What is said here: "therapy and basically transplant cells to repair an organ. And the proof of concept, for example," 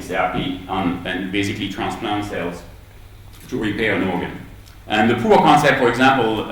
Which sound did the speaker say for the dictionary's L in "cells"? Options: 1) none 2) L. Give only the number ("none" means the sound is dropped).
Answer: 2